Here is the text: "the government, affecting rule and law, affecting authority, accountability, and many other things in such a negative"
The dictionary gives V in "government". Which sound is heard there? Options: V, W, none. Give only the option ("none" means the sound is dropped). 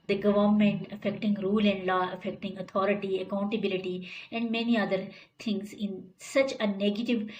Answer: V